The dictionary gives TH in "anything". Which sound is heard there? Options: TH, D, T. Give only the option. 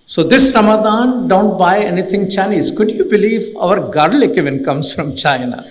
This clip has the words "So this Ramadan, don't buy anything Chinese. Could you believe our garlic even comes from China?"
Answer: T